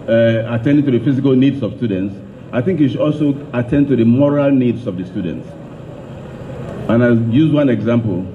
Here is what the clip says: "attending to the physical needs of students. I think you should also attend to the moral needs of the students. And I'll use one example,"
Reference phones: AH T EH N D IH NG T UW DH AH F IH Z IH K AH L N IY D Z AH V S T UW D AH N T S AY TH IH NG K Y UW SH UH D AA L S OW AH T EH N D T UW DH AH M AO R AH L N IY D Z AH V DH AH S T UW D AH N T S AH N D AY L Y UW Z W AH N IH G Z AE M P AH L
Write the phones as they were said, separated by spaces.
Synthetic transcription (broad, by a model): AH T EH N D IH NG T UW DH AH F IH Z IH K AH L N IY D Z AH V S T UW D AH N T S AY TH IH NG K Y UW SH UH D AA L S OW AH T EH N D T UW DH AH M AO R AH L N IY D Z AH V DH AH S T UW D AH N T S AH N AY Y UW Z W AH N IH G Z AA M P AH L